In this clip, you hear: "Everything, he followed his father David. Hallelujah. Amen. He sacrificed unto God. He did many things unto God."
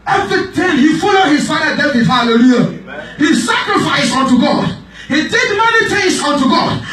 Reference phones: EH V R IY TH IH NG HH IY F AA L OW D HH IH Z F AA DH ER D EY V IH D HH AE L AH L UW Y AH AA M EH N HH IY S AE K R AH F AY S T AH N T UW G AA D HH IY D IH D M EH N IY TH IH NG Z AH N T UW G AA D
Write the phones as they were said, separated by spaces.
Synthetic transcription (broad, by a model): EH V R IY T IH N HH IY F AA L OW D HH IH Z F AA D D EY B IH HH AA L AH L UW Y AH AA HH IY S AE K R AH F AY S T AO N T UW G AA D HH IY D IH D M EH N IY T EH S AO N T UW G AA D